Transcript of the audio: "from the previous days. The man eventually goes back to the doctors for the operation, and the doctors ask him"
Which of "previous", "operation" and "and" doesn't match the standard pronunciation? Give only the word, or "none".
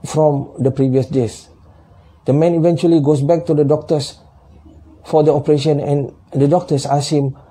none